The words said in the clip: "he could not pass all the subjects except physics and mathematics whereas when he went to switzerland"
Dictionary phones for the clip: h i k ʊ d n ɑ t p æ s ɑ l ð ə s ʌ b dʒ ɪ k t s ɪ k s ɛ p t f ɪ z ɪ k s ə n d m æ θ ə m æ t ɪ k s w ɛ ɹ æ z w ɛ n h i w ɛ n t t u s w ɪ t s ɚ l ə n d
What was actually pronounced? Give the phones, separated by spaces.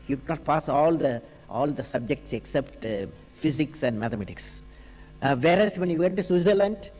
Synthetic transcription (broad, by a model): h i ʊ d n ɑ t p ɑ s ɑ l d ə s ʌ b dʒ ɪ k t s ɪ k s ɛ p t f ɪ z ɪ k s ə n d m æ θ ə m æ t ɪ k s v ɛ ɹ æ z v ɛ n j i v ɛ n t t u s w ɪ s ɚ l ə n d